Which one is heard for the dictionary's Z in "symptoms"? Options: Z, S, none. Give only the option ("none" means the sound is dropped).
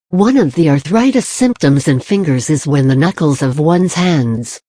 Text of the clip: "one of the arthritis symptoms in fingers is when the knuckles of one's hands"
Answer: Z